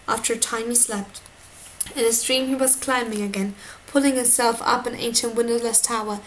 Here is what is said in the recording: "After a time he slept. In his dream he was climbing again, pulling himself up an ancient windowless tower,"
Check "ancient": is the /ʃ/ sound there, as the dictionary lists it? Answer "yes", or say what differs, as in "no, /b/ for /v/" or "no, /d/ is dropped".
yes